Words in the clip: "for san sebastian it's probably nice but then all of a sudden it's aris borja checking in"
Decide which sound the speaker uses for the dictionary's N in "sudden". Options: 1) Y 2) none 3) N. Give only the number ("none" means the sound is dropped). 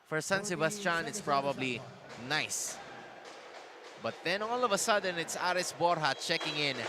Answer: 3